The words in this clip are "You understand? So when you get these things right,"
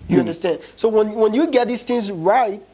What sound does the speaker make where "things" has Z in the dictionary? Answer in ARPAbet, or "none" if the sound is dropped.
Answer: Z